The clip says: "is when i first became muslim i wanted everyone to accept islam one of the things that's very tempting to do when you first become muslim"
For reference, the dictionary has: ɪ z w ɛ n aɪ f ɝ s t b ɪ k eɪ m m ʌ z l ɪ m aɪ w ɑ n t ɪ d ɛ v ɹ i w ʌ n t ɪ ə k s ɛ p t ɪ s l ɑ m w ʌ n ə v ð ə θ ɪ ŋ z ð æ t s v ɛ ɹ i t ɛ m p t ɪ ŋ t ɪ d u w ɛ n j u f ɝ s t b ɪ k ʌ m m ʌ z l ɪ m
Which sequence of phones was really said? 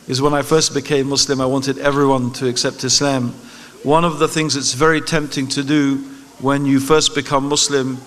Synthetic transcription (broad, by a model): ɪ z w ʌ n aɪ f ɝ s t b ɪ k eɪ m m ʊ s l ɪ m aɪ w ɑ n t ɪ d ɛ v ɹ i w ʌ n t ɪ ə k s ɛ p t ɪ s l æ m w ʌ n ə v ð ə θ ɪ ŋ z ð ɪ t s v ɛ ɹ i t ɛ m p t ɪ ŋ t ɪ d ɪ w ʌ n j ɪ f ɝ s t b ɪ k ʌ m m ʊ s l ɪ m